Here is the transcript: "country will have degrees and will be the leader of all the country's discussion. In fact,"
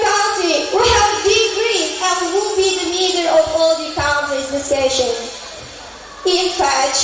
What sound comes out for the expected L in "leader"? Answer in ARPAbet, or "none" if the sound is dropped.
N